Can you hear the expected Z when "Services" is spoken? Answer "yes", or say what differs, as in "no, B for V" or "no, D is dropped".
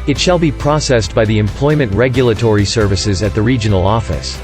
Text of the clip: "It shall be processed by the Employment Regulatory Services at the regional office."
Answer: yes